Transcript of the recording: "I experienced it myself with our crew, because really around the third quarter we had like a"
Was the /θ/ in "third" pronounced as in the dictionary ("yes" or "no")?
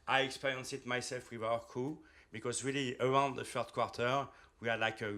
no